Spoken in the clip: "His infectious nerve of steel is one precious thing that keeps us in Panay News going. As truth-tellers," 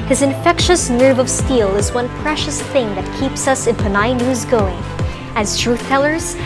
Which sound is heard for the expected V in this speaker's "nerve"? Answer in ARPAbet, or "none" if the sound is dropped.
V